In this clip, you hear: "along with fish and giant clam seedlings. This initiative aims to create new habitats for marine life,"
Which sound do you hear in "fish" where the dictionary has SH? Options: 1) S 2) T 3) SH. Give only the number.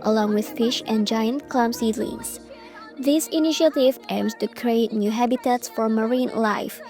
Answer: 3